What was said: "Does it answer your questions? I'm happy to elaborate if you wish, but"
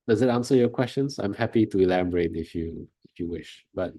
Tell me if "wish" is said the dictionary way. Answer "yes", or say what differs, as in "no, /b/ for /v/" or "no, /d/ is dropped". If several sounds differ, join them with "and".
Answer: yes